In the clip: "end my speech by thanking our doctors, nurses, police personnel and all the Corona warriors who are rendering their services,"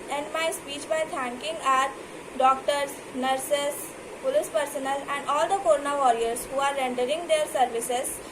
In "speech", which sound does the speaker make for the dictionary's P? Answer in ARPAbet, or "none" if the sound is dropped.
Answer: P